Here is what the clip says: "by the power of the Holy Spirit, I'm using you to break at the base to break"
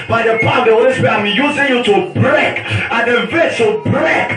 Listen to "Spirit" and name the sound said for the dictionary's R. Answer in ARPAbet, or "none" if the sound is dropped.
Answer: none